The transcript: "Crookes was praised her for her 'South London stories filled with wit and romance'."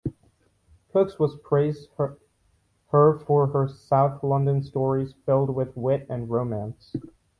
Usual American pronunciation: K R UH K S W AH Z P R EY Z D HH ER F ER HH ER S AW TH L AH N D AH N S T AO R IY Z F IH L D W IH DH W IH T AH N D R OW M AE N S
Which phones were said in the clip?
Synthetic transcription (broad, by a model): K UH K S W AH Z P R EY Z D HH ER F ER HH ER S AW TH L AH N D AH N S T AO R IY Z F IH L D W IH DH W IH T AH N R OW M AE N S